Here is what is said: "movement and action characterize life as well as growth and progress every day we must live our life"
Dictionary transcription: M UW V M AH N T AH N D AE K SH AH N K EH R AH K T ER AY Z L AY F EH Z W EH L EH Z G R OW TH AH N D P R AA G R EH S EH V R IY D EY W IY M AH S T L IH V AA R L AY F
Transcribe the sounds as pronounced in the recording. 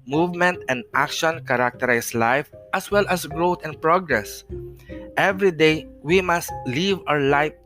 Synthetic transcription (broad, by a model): M UW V M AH N T AH N D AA K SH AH N K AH R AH K T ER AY S L AY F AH S W EH L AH S G R OW T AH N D P R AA G R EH S EH V R IY D EY W IY M AH S T L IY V AA R L AY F